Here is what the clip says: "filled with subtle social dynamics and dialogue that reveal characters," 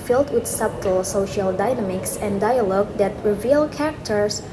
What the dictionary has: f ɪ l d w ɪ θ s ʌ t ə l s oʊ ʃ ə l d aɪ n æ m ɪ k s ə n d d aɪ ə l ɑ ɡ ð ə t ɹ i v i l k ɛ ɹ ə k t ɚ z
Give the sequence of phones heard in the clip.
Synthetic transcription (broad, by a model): f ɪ l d w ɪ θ s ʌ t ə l s oʊ ʃ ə l d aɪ n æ m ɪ k s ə n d d aɪ ə l ɑ ɡ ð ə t ɹ i v i l k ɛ ɹ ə k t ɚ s